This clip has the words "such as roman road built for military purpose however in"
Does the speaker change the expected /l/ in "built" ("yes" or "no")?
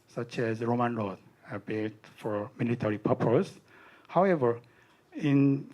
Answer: yes